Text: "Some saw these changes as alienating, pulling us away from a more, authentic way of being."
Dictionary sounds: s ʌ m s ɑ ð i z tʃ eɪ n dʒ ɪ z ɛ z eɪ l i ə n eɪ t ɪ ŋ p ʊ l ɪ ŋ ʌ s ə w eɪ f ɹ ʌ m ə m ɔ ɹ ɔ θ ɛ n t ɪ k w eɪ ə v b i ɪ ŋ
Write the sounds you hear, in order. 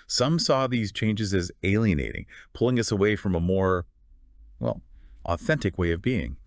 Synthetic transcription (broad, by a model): s ʌ m s ɑ ð i z tʃ eɪ n dʒ ɪ z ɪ z eɪ l i ə n eɪ t ɪ ŋ p ʊ l ɪ ŋ ʌ s ə w eɪ f ɹ ʌ m ə m ɔ ɹ ɔ θ ɛ n t ɪ k w eɪ ə v b i ɪ ŋ